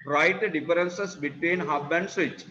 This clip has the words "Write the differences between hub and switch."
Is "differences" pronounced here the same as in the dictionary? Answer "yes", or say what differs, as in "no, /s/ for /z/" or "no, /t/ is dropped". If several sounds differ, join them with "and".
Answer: no, /f/ is dropped and /s/ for /z/